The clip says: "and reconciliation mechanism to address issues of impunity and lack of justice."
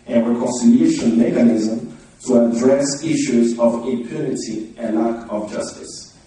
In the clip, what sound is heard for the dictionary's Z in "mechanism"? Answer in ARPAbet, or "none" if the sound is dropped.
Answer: Z